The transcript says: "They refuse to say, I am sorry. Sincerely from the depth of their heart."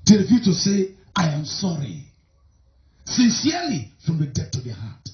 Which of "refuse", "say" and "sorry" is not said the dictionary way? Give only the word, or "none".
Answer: refuse